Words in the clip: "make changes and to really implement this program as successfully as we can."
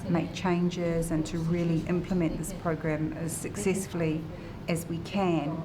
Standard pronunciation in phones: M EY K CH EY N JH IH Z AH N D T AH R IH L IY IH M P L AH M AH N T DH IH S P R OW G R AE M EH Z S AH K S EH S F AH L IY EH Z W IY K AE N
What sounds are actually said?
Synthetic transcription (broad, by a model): M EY K CH EY N JH IH Z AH N T AH R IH L IY IH M P L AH M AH N DH IH S P R OW G R AE M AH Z S AH K S EH S F AH L IY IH Z W IY K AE N